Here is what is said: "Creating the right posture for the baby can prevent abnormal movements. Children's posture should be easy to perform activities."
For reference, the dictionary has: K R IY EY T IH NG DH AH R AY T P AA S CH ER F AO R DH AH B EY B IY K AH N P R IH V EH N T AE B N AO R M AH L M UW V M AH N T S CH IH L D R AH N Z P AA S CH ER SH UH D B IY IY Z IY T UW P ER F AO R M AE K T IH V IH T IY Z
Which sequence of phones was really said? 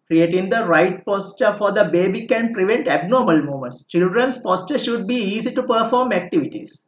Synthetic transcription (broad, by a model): K R IY EY T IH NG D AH R AY T P AA S CH ER F AO R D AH B EY B IY K AH N P R IH V EH N T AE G N AO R M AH L M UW M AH N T S CH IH L D R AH N S P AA S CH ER SH UH D B IY IY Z IY T UW P ER F AO R M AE K T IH V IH T IY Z